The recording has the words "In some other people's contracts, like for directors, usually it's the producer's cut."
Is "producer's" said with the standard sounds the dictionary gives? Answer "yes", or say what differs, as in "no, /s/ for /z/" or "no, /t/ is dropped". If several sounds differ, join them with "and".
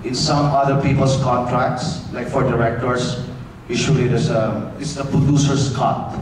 no, /s/ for /z/